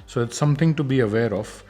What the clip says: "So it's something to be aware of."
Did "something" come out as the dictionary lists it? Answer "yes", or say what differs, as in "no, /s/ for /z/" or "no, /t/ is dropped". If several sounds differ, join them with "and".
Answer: no, /t/ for /θ/